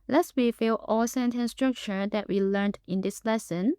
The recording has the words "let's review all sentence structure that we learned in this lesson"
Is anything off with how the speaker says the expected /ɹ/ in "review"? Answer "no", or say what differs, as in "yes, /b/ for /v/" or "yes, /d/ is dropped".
yes, /w/ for /ɹ/